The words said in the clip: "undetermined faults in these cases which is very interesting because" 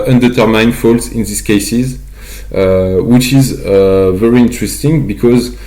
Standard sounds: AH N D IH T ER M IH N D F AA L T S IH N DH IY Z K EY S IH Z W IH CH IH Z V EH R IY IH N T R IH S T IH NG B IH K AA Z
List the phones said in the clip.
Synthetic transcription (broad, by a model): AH N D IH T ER M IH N F AA L T S IH N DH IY S K EY S IH Z W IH CH IH Z V EH R IY IH N T R IH S T IH NG B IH K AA Z